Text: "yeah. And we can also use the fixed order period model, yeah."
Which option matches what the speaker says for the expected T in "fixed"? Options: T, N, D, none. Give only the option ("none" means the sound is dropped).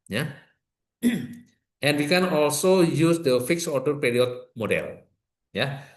none